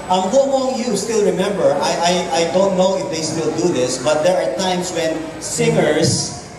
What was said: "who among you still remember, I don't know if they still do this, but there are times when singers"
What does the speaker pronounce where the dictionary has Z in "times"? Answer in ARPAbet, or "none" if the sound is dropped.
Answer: S